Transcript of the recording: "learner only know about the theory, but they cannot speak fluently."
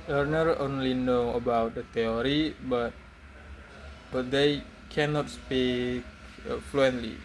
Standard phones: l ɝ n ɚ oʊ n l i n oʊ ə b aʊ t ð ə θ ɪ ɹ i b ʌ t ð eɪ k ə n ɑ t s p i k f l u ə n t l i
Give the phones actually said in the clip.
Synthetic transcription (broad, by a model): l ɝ n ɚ oʊ n l i n oʊ ə b aʊ t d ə t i ɹ i b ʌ t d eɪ k ə n ɑ t s p i k f l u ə n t l i